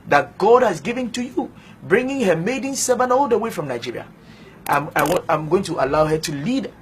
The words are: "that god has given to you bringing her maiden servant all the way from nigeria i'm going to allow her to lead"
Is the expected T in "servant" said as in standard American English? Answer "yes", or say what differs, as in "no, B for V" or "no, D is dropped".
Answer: no, T is dropped